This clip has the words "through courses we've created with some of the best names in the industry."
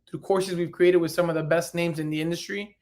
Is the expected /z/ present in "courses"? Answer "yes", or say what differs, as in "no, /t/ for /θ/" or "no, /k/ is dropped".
yes